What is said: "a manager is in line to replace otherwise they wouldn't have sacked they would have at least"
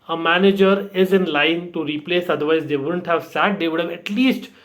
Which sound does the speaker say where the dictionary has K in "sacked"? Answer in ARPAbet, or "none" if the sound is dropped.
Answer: none